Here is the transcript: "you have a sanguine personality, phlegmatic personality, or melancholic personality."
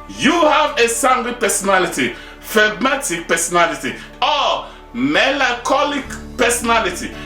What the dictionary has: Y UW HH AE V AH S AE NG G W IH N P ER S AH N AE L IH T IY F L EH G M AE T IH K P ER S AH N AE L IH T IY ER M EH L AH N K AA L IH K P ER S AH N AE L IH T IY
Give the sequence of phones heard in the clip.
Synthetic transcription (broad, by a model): Y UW HH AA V AH S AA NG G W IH P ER S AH N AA L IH T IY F EH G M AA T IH K P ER S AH N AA L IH T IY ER M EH L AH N K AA L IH K P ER S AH N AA L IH T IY